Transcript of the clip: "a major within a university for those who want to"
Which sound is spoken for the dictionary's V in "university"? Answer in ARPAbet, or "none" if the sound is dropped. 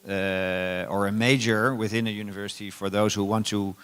V